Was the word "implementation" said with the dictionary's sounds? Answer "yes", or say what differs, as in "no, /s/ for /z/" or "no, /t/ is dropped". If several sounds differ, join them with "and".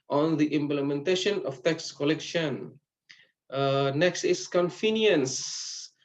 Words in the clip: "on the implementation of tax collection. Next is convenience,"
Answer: yes